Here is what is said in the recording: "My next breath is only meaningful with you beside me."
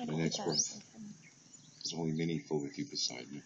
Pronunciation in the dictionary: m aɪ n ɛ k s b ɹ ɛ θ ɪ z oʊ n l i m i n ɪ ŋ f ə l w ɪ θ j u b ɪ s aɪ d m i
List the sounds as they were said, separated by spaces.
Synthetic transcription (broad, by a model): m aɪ n ɛ k s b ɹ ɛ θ ɪ z oʊ n l i m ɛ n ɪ f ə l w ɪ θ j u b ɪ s aɪ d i